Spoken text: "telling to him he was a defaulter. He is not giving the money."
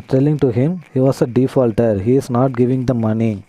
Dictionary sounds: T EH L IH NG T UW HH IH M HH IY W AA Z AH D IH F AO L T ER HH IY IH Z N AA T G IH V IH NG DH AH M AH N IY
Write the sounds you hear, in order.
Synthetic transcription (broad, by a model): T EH L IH NG T UW HH IH M HH IY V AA S AH D IH F AO L T ER HH IY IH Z N AA T G IH V IH NG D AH M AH N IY